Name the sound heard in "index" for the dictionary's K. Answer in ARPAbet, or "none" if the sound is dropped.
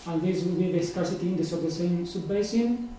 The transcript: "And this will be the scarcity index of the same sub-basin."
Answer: none